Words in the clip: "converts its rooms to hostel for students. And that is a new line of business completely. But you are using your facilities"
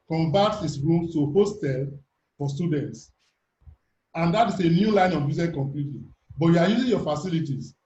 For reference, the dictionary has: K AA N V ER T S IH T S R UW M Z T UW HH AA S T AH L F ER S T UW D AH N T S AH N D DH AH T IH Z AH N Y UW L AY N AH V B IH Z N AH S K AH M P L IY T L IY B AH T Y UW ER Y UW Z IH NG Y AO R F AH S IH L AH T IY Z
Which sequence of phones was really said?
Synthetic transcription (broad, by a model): K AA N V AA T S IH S R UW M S T UW HH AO S T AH L F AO S T UW D AH N T S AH N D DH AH T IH S AH N Y UW L AY N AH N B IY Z AH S K AH M P L IY T L IY B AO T Y UW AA Y UW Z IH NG Y AO F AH S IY L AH T IY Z